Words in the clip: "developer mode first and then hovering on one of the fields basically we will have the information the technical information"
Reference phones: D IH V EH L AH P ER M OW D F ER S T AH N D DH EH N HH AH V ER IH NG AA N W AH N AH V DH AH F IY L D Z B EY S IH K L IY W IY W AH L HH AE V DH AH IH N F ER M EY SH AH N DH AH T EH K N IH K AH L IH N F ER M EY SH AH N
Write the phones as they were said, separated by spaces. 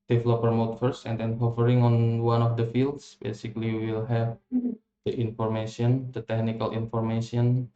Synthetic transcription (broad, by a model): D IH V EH L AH P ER M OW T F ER S AH N D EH N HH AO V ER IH NG AA N W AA N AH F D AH F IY L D S B EY S IH K L IY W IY W AH L HH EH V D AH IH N F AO M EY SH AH N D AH T EH K N IH K AH L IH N F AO M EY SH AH N